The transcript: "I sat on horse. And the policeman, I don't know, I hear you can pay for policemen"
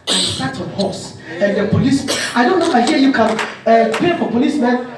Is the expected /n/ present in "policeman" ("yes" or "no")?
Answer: no